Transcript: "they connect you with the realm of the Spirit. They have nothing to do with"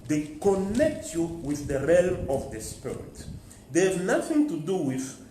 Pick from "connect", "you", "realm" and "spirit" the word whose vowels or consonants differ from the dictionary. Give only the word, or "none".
none